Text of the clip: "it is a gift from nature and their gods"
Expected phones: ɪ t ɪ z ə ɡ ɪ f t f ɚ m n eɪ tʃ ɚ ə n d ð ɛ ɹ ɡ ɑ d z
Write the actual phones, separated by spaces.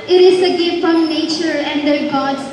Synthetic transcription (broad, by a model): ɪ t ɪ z ə ɡ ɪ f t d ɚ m n eɪ tʃ ɚ ə n d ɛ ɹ ɡ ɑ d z